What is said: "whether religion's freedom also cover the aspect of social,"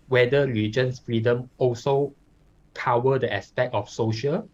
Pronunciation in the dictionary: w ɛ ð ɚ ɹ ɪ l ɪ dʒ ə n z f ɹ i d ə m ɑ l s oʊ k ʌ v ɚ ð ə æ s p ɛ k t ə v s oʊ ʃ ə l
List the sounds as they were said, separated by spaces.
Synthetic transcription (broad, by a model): w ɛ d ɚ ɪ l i dʒ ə n s f ɹ i d ə m ɑ l s oʊ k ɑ w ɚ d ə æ s p ɛ k t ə f s oʊ ʃ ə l